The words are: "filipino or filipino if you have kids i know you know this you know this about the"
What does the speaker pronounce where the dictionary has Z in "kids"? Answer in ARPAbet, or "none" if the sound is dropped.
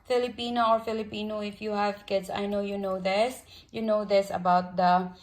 S